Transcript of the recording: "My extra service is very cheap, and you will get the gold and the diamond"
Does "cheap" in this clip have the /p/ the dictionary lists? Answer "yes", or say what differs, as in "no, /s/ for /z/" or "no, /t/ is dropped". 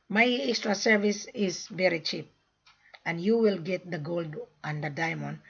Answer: yes